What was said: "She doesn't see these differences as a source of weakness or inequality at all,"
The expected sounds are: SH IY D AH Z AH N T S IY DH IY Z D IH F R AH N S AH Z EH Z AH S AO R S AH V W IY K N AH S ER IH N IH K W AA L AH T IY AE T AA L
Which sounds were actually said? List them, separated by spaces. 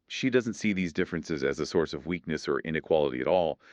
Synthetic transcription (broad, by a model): SH IY D AH Z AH N T S IY DH IY Z D IH F R AH N S AH Z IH Z AH S AO R S AH V W IY K N AH S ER IH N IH K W AA L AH T IY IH T AA L